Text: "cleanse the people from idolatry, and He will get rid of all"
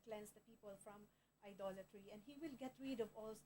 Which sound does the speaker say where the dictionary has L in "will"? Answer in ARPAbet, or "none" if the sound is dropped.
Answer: L